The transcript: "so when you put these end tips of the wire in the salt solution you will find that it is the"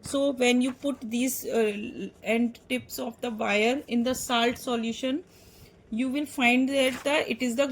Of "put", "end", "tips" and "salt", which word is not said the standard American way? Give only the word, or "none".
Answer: none